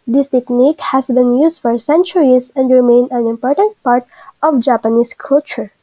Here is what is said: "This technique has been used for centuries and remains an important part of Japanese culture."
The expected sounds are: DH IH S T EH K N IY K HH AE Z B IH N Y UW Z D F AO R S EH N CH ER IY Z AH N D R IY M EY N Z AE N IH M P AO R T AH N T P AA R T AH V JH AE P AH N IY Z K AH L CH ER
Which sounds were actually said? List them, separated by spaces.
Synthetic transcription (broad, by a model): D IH S T EH K N IY K HH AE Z B IH N Y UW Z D F AO R S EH N CH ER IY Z AH N D R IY M EY N AE N IH M P AO R T AH N T P AA R T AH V JH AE P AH N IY S K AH L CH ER